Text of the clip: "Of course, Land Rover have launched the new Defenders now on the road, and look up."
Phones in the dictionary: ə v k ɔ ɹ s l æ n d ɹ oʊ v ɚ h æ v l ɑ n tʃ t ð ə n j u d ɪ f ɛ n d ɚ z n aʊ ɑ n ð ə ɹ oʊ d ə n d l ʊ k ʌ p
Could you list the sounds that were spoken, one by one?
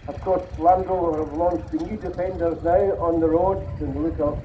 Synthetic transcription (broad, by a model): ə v k ɔ ɹ s l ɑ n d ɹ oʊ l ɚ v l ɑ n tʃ ð ə n j u d ɪ f ɛ n d ɚ z n aʊ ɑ n ð ə ɹ oʊ d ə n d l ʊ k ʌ